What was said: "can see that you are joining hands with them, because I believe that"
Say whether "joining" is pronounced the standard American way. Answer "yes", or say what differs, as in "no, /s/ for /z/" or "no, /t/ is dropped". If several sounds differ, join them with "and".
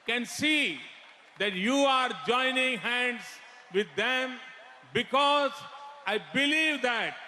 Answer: yes